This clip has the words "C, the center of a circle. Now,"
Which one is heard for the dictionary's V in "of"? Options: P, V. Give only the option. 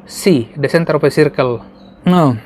P